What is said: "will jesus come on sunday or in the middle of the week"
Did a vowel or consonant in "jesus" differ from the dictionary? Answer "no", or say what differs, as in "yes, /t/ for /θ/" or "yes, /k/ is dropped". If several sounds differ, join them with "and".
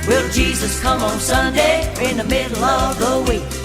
no